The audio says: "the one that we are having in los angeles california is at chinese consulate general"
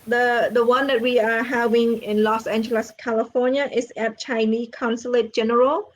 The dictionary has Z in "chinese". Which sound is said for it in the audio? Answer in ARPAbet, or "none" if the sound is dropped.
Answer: none